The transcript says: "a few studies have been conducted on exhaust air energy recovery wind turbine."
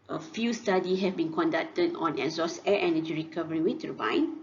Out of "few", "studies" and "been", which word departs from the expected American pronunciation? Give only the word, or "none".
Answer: studies